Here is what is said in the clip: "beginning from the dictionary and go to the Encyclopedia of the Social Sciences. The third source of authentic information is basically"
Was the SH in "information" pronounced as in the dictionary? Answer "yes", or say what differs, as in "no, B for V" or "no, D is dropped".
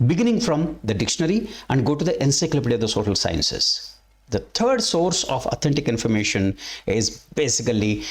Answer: yes